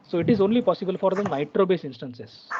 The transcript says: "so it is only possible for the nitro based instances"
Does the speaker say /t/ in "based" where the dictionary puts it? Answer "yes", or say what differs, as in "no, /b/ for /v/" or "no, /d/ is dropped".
no, /t/ is dropped